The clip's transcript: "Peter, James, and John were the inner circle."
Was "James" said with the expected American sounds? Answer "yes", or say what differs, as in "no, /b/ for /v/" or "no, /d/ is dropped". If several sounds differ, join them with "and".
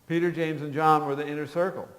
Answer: yes